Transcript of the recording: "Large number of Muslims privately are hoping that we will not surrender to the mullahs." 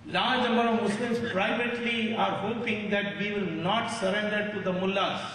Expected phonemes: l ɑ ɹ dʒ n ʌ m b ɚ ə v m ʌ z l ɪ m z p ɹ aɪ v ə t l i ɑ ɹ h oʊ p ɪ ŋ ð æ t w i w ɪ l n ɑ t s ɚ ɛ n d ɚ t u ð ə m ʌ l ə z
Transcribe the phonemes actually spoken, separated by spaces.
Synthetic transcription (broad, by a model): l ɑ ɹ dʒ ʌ m ɚ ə m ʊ s l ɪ m s p ɹ aɪ v ə t l i ɑ ɹ h oʊ p ɪ ŋ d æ t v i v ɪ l n ɑ t s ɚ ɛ n d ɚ t u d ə m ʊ l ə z